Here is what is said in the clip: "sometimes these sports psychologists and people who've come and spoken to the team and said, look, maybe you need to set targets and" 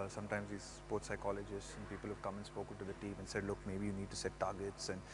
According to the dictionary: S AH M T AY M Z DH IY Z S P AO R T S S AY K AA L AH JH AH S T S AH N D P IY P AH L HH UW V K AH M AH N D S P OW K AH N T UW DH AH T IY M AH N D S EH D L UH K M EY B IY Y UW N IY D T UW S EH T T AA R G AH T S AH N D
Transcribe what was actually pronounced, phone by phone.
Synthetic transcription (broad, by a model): S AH M T AY M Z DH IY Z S P AO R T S S AY K AA L AH JH AH S T S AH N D P IY P AH L HH UW V K AH M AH N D S P OW K AH N T UW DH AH T IY M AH N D S EH D L UH K M EY B IY Y UW N IY D T UW S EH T T AA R G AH T S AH N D